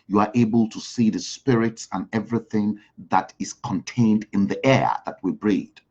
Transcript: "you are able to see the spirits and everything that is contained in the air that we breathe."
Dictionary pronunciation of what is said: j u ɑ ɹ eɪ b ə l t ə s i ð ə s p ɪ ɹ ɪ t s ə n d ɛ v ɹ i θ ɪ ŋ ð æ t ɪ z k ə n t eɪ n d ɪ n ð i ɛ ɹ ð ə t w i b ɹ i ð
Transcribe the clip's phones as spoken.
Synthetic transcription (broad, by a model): j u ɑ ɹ eɪ b ə l t ə s i ð ə s p ɪ ɹ ɪ t s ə n ɛ v ɹ i θ ɪ ŋ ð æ t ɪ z k ə n t eɪ n d ɪ n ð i ɛ ɹ ð ə t w i b ɹ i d